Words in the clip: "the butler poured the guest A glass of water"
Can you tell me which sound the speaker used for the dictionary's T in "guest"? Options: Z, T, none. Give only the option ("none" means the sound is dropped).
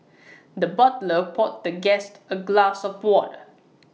T